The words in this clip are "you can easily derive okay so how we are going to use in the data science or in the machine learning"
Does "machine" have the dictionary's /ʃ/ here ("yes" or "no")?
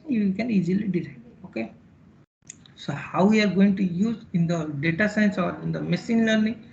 no